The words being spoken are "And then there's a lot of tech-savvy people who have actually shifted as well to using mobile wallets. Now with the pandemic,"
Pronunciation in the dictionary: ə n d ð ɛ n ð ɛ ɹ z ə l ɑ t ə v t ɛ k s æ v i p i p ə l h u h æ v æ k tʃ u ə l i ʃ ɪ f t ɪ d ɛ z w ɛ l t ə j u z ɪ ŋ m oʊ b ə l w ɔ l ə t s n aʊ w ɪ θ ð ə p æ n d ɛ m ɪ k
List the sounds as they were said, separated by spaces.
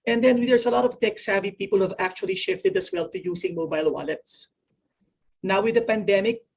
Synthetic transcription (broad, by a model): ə n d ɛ n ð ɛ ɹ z ə l ɑ t ə v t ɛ k s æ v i p i p ə l h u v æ k tʃ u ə l i ʃ ɪ f t ɪ d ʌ s w ɛ l t ə j u s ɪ ŋ m oʊ b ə l w ɔ l ə t s n aʊ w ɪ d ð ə p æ n d ɛ m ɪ k